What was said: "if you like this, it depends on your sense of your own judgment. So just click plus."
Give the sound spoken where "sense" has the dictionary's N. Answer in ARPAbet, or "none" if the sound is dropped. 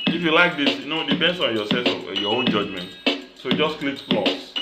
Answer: none